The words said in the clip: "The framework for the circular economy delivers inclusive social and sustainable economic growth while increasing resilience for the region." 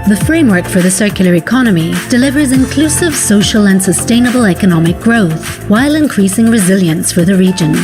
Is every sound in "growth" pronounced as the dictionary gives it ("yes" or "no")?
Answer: yes